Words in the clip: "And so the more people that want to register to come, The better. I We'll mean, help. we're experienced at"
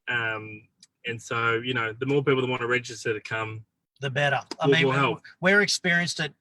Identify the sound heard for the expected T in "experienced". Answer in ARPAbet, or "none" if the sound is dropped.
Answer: T